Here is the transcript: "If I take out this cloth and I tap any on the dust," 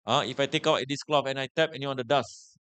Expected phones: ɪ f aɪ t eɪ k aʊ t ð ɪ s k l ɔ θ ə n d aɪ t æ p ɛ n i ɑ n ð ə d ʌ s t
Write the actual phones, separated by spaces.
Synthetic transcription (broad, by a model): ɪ f aɪ t eɪ k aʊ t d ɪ s k l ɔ f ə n aɪ t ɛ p ɛ n i ɑ n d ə d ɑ s